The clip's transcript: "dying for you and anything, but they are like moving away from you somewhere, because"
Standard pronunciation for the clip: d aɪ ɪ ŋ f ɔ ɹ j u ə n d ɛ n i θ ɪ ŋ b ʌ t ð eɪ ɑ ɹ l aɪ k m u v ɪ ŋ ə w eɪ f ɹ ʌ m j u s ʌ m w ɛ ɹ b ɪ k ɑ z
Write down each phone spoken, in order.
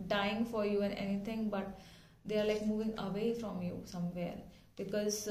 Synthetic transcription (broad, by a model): d aɪ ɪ ŋ f ɔ ɹ j u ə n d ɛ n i t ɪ ŋ b ʌ t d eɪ ɑ ɹ l aɪ k m u v ɪ ŋ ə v eɪ f ɹ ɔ m j u s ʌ m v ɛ ɹ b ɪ k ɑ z